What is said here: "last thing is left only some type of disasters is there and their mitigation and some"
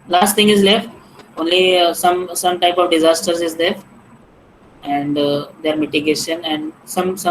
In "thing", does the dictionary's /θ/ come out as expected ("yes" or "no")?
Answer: no